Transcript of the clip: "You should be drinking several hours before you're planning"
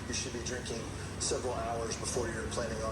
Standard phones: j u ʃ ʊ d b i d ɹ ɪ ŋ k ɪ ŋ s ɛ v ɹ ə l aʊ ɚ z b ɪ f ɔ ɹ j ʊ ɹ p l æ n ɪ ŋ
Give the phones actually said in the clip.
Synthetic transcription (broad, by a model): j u ʃ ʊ d b i d ɹ ɪ ŋ k ɪ ŋ s ɛ v ɹ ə l aʊ ɚ z b ɪ f ɔ ɹ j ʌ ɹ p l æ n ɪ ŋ